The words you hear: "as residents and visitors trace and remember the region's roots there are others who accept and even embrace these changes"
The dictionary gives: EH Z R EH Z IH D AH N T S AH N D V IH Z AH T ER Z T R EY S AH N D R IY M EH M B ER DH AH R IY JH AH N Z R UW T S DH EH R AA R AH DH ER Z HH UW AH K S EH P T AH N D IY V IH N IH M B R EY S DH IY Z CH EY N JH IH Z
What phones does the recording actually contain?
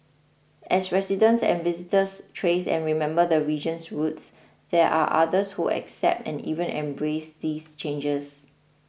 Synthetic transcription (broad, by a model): EH S R EH S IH D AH N S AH N V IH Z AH T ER S T R EY S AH N R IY M EH M B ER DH AH R IY JH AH N S R UW T S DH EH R AA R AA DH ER S HH UW AH K S EH P T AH N IY V IH N IH M B R EY S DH IY S CH EY N JH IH S